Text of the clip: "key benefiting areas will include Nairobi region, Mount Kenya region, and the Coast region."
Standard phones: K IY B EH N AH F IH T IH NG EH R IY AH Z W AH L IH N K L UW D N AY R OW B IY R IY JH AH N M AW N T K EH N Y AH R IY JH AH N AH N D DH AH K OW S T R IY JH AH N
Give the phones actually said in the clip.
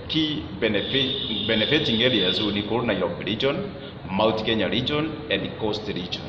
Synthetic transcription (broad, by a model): K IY B EH N AH F IH T IH NG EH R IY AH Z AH N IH K AO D N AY OW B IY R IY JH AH N M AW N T K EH N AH R IY JH AH N AH N D K OW S T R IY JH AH N